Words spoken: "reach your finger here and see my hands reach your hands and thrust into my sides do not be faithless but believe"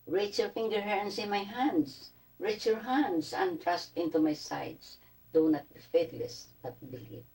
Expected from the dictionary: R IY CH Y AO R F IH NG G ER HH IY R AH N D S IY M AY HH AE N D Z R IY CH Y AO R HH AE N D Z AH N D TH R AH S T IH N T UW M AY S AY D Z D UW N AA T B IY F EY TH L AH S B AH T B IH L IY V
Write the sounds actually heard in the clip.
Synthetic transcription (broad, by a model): R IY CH Y AO R F IH NG G ER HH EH R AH N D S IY M AY HH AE N D S R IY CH Y AO R HH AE N D S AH N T R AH S T IH N T UW M AY S AY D S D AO N AA T B IY F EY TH L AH S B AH T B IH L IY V